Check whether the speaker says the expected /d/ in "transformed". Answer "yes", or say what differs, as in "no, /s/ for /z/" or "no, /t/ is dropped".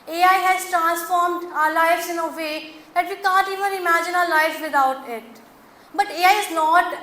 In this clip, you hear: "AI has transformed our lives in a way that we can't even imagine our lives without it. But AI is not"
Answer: yes